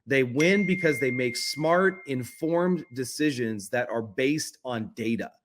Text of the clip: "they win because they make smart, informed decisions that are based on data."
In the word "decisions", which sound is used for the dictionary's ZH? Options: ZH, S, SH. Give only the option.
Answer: ZH